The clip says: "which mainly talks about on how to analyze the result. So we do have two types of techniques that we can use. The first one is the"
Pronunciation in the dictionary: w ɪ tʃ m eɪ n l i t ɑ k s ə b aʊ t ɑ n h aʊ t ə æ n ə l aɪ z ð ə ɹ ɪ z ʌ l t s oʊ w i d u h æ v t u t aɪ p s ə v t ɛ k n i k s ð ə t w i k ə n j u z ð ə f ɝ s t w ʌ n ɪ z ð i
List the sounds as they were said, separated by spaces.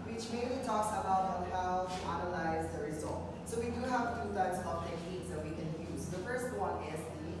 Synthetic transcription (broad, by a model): w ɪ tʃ m eɪ n l i t ɑ k s ə b aʊ t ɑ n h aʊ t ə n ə l aɪ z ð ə ɹ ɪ z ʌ l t s oʊ w i d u h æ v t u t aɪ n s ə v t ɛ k i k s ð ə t w i k ə n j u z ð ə f ɝ s t w ʌ n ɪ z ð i